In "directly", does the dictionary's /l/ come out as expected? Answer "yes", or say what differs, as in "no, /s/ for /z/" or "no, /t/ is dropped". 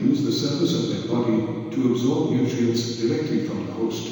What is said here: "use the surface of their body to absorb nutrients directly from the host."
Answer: yes